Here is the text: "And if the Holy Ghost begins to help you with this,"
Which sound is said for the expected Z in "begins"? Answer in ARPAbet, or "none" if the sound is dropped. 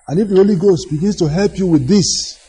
S